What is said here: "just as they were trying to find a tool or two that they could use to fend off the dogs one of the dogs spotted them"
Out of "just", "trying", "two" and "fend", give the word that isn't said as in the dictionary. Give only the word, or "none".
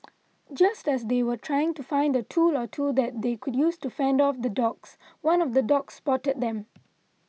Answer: none